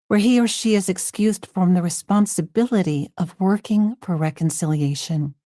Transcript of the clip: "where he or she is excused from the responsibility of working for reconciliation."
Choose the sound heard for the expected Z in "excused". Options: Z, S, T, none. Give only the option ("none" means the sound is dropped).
Z